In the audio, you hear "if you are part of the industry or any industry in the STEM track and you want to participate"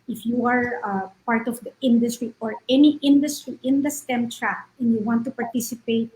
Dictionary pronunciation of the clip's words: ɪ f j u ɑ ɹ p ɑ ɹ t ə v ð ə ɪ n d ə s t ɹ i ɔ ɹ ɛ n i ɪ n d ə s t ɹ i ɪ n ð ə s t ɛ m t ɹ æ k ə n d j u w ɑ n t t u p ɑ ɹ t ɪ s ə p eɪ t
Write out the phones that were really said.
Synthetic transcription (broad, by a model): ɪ f j u ɑ ɹ p ɑ ɹ t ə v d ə ɪ n d ə s t ɹ i ɔ ɹ ɛ n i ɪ n d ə s t ɹ i ɪ n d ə s t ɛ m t ɹ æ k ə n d j u w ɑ n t t u p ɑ ɹ t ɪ s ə p eɪ t